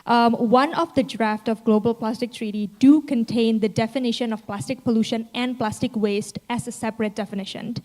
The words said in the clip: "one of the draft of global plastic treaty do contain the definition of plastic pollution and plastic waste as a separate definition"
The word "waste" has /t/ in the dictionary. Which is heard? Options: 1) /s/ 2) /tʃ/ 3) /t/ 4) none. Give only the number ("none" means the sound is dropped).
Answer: 3